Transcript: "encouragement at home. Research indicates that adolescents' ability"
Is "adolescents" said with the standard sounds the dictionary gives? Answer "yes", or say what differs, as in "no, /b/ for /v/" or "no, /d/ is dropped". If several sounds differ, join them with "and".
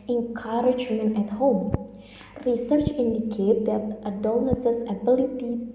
no, /n/ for /l/